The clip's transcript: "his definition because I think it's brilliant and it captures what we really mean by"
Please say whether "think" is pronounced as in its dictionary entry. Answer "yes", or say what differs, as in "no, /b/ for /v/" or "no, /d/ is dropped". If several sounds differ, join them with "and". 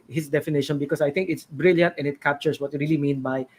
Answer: no, /t/ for /θ/